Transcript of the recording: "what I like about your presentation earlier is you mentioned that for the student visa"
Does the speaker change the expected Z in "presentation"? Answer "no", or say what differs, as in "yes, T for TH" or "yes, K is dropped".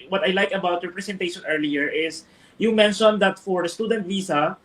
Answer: yes, S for Z